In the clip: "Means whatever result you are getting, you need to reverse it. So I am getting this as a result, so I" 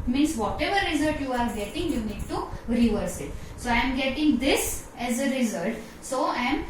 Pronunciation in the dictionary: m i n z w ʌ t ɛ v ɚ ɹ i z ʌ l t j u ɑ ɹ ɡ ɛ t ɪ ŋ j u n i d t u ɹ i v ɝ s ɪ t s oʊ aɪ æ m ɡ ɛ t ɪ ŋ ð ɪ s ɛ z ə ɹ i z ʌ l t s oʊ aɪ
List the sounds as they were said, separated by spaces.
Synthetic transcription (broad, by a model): m i n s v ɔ t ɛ v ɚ ɹ i z ʌ l t j u ɑ ɹ ɡ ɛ t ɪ ŋ j u n i d t u ɹ i v ɝ s ɪ t s oʊ aɪ m ɡ ɛ t ɪ ŋ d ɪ s ɛ z ə ɹ i z ʌ l t s oʊ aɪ